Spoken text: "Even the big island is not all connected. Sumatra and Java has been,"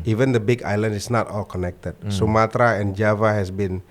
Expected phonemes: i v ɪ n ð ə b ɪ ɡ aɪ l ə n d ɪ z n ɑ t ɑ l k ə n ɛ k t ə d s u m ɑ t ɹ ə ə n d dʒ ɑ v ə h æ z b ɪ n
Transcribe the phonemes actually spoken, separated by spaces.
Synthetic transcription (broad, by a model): i v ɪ n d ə b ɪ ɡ aɪ l ə n d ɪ s n ɑ t ɑ l k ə n ɛ k t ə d s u m ɑ t ɹ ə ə n dʒ ɑ v ə h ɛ s b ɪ n